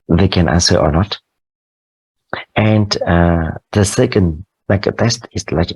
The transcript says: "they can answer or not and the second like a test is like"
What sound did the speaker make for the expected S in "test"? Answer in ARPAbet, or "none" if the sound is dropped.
S